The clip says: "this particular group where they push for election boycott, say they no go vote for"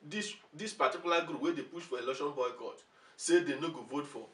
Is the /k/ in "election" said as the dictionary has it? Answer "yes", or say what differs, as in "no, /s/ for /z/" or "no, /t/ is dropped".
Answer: no, /k/ is dropped